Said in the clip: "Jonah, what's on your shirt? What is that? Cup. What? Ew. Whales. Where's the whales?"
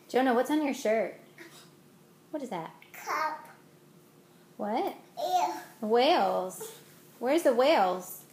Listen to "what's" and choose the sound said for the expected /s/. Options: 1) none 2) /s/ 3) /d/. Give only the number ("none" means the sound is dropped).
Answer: 2